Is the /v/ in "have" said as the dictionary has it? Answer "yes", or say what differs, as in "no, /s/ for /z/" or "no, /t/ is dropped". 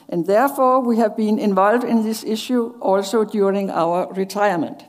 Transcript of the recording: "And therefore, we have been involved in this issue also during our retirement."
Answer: yes